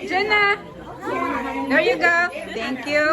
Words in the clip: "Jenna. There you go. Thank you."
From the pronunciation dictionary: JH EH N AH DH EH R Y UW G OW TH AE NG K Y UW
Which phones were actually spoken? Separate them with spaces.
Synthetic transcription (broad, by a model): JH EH N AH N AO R Y UW G OW T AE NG K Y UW